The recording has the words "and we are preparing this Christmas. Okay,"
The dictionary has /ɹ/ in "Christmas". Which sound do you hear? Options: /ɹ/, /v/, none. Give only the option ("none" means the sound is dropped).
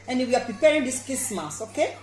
none